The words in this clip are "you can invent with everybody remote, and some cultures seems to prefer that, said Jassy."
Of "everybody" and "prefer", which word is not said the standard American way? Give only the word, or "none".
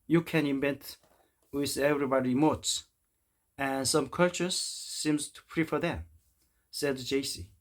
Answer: none